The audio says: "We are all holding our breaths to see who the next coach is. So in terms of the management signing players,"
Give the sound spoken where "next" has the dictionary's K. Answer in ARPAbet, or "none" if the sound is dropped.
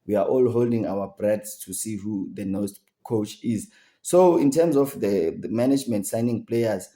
none